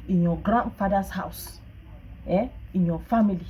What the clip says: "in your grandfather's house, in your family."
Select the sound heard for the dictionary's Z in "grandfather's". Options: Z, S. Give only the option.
S